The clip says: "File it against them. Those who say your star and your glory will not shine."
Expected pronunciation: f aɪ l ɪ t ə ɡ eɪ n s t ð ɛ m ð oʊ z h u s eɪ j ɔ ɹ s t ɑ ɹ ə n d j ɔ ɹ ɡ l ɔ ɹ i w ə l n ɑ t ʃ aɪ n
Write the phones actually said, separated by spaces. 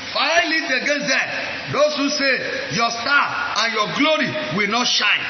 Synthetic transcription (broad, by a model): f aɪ l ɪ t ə ɡ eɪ n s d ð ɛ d oʊ s h u s eɪ j ɔ s t ɑ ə n j ɔ ɡ l ɔ ɹ i w ə l n ɑ t ʃ aɪ n